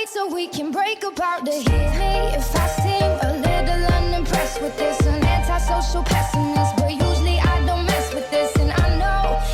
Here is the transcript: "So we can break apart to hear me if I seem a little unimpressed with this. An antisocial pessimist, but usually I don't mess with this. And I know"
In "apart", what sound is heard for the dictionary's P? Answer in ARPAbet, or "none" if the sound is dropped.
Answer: B